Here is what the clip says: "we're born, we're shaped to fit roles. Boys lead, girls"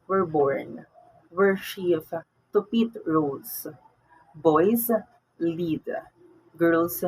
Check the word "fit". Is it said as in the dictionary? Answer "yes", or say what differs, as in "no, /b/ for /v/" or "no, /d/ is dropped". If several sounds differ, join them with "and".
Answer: no, /p/ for /f/